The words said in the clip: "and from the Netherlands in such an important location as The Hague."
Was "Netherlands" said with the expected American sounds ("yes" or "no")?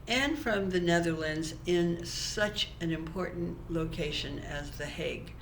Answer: yes